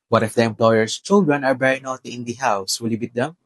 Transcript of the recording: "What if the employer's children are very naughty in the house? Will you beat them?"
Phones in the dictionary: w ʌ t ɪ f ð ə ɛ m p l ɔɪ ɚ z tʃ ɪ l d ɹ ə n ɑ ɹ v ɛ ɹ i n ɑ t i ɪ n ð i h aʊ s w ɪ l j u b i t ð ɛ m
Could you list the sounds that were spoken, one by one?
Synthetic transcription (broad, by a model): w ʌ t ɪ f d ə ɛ m p l ɔɪ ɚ s tʃ ɪ l d ɹ ə n ɑ ɹ b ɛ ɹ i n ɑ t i ɪ n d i h aʊ s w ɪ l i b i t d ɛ m